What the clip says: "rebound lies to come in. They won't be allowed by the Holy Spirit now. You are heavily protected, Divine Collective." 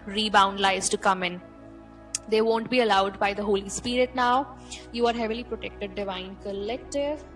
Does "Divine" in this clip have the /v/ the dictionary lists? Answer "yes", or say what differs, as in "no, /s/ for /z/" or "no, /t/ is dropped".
yes